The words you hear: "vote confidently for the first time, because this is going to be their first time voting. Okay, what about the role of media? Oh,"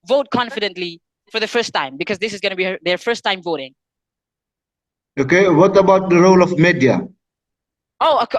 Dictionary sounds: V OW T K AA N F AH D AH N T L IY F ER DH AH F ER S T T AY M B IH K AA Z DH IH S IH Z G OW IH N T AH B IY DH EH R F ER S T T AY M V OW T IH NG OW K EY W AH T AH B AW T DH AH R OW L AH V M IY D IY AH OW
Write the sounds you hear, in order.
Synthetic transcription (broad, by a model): V OW T K AA N F AH D AH N T L IY F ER DH AH F ER S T T AY M B IH K AA Z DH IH S IH Z G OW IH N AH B IY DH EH R F ER S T T AY M V OW T IH NG OW K EY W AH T AH B AW T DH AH R OW L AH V M IY D IY AH OW